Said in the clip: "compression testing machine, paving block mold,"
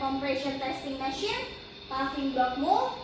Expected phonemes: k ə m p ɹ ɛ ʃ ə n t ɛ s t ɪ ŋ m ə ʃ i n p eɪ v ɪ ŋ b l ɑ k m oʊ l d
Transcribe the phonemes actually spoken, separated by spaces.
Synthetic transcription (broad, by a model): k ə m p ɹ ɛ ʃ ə n t ɛ s t ɪ ŋ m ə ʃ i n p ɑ f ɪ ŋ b ɑ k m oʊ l